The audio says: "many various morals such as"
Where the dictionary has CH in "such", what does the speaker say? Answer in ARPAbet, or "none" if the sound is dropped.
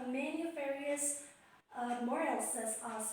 S